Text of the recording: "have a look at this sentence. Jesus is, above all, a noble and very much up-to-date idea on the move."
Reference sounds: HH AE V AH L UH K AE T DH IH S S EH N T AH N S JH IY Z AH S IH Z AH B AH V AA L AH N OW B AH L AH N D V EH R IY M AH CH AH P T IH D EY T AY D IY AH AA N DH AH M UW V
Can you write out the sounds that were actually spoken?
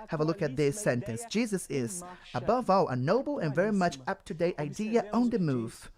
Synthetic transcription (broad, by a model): HH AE V AH L UH K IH T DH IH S S EH N T AH N S JH IY Z AH S IH Z AH B AH V AA L AH N OW B L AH N V EH R IY M AH CH AH P T IH D EY T AY D IY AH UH N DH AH M UW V